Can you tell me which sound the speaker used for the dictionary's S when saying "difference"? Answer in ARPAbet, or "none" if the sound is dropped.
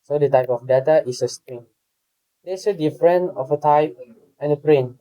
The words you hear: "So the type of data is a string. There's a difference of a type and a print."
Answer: none